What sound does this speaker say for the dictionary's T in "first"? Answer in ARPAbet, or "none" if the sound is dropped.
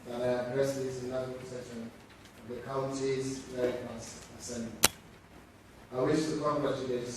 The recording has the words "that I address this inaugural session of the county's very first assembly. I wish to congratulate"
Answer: none